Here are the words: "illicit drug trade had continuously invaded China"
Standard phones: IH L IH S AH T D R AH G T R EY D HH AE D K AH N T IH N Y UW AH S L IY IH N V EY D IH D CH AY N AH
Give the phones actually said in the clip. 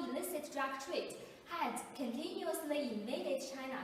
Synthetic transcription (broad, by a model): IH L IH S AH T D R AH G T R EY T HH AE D K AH N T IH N Y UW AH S N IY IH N EY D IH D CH AY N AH